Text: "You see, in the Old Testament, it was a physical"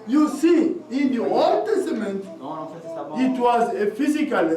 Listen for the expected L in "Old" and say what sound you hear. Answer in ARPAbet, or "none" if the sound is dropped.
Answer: L